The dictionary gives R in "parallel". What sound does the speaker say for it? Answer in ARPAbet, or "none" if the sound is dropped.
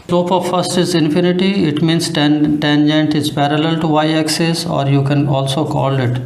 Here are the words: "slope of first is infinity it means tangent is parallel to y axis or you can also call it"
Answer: R